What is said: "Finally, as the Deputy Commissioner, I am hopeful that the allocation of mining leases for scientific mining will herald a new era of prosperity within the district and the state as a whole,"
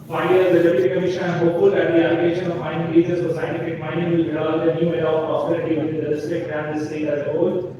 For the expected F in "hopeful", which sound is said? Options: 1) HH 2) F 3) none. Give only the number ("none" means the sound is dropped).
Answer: 3